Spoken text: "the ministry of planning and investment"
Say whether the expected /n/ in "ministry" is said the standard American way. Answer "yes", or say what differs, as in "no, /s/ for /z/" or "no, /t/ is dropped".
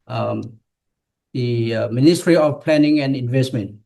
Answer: yes